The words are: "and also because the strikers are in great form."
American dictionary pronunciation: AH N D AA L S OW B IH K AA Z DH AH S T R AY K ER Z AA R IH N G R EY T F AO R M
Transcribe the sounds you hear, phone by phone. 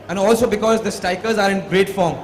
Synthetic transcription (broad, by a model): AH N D AA L S OW B IH K AA Z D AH S T AY K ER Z AA R IH N G R EY T F AO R M